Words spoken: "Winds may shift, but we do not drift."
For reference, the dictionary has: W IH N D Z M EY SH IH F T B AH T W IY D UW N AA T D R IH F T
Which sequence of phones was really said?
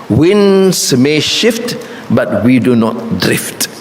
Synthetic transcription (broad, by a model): W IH N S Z M EY SH IH F T B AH T W IY D UW N AA T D R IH F T